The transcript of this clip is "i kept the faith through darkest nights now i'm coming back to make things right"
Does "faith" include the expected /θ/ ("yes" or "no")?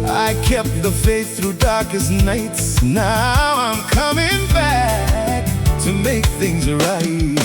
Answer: no